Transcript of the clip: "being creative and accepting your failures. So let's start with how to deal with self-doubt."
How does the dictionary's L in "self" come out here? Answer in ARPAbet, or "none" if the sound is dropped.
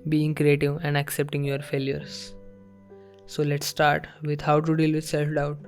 L